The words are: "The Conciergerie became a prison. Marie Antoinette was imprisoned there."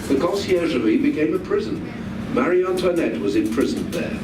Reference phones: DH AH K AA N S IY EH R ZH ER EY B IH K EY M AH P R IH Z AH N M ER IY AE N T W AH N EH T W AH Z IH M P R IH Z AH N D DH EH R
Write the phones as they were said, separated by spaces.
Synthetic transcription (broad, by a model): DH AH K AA S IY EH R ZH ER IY B IH K EY M AH P R IH Z AH N M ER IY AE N T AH N EH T W AH Z IH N P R IH Z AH N DH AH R